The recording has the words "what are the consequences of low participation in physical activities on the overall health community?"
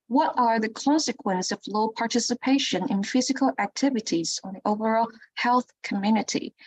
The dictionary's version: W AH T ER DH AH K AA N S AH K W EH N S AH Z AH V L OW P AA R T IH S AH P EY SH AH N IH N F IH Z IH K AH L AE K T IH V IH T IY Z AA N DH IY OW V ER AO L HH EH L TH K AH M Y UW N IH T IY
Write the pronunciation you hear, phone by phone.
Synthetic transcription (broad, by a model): W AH T ER DH AH K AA N S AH K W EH N S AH AH V L OW P AA R T IH S AH P EY SH AH N IH N F IH Z IH K AH L AE K T IH V IH T IY Z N DH IY OW V ER AO L HH EH L TH K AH M Y UW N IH T IY